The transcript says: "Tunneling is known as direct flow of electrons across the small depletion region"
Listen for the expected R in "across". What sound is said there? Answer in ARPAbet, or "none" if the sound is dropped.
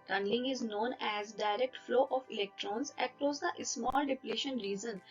R